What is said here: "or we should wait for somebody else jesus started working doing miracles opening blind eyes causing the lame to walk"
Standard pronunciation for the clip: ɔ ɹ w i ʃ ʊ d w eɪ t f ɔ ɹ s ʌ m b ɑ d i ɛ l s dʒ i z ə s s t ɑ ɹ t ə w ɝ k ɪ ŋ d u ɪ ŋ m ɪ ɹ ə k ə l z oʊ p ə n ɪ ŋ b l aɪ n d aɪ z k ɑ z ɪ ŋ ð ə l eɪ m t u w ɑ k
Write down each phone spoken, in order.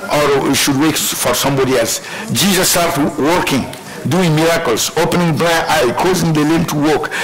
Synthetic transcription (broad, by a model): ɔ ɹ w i ʃ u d w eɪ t f ɔ ɹ s ʌ m b ɑ d i ɛ l s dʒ i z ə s s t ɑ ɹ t w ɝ k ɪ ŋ d u ɪ ŋ m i ɹ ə k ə l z oʊ p ə n ɪ ŋ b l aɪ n aɪ k ɑ z ɪ ŋ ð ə l eɪ m t u w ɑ k